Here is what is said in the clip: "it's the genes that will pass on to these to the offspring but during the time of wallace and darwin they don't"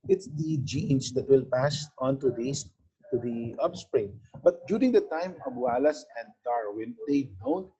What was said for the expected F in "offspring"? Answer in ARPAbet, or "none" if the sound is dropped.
P